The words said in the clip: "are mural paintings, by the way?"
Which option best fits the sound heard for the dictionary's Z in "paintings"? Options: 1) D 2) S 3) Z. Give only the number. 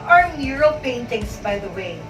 2